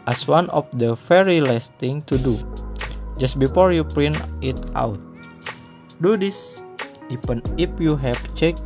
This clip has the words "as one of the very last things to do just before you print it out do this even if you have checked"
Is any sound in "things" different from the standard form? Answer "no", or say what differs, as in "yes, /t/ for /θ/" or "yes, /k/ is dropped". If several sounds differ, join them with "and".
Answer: yes, /t/ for /θ/ and /z/ is dropped